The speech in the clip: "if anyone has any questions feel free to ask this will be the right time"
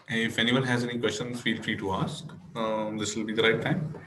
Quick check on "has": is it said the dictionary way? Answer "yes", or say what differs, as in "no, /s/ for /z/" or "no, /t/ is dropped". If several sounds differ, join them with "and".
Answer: yes